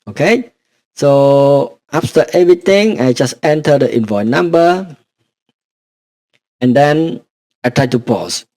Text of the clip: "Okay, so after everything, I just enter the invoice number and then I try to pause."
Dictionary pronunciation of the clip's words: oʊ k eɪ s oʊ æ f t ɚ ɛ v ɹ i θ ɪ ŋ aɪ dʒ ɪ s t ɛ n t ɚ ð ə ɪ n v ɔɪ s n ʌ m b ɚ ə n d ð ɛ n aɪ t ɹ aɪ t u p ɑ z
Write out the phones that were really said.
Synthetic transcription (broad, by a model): oʊ k eɪ s oʊ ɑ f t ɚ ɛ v ɹ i t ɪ ŋ aɪ dʒ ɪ s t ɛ n t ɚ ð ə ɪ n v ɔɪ n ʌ m b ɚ ə n d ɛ n aɪ t ɹ aɪ t u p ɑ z